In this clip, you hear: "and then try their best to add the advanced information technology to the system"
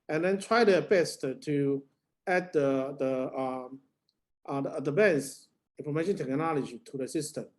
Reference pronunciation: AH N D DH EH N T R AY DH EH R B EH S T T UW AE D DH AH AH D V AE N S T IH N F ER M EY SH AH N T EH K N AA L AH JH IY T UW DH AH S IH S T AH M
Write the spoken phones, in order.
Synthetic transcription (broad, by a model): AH N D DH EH N T R AY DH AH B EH S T T UW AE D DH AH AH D B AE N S IH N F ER M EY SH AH N T EH K N AA L AH JH IY T UW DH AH S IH S T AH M